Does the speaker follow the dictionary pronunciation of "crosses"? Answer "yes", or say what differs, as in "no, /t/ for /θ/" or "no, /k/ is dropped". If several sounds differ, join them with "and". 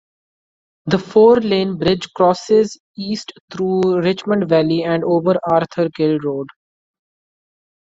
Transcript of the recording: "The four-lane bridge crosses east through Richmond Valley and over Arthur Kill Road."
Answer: yes